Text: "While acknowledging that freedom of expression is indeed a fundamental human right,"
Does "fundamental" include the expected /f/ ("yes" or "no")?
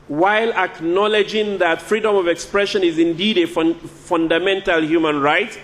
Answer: yes